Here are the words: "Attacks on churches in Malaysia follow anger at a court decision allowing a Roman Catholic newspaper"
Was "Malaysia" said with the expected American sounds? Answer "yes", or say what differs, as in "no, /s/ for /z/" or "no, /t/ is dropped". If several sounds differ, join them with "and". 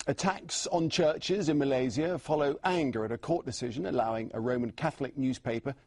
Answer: no, /z/ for /ʒ/